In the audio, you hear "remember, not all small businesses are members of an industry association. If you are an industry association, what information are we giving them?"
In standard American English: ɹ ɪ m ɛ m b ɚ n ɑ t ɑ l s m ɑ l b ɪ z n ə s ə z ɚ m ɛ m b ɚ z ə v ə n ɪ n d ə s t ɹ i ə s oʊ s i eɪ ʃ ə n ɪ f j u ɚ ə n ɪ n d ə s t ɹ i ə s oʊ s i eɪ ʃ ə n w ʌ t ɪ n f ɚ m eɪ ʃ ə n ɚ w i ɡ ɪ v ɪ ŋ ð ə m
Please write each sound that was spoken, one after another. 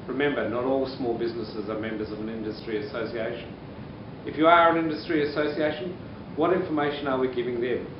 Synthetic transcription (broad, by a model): ɹ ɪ m ɛ m b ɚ n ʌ t ɑ l s m ɑ l b ɪ z n ə s ə z ɚ m ɛ m b ɚ z ə v ə n ɪ n d ə s t ɹ i ə s oʊ s i eɪ ʃ ə n ɪ f j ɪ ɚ ə n ɪ n d ə s t ɹ i ə s oʊ s i eɪ ʃ ə n w ʌ t ɪ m f ɚ m eɪ ʃ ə n ɚ w i ɡ ɪ v ɪ ŋ ð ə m